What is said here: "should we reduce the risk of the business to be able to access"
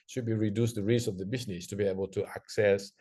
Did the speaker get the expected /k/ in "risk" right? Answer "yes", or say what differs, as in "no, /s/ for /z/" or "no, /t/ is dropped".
no, /k/ is dropped